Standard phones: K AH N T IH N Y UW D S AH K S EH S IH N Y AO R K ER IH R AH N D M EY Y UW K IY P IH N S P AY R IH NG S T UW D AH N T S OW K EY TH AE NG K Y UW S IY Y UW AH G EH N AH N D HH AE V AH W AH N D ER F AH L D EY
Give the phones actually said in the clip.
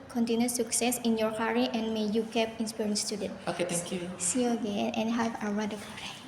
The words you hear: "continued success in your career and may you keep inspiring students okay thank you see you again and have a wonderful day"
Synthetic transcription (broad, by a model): K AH N T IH N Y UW S AH K S EH S IH N Y AO R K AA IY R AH N M EY Y UW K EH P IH N S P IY R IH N S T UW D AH N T OW K EY T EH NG K Y UW S IY AH G EH N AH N HH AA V AH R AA D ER P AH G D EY